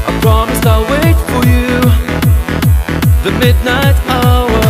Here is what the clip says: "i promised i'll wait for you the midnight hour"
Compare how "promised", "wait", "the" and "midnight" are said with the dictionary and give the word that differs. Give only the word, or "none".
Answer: promised